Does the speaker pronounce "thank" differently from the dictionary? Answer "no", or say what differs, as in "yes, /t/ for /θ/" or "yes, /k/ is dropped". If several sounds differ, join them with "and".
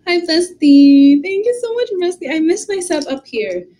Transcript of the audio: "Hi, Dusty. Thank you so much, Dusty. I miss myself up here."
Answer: no